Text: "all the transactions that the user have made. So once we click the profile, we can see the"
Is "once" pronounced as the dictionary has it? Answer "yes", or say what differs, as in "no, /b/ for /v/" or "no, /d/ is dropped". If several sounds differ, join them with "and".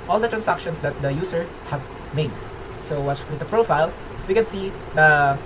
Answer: no, /n/ is dropped